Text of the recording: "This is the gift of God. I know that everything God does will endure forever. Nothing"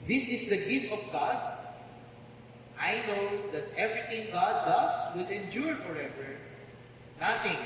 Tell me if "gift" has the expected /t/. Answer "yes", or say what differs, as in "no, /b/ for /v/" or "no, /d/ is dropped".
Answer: yes